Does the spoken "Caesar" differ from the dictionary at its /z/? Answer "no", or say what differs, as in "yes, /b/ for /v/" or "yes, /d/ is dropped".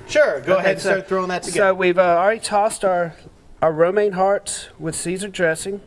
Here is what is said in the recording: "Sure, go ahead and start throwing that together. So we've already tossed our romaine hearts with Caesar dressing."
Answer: no